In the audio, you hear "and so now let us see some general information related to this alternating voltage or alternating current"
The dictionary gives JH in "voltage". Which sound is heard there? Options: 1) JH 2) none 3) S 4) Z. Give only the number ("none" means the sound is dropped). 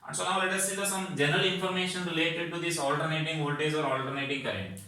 4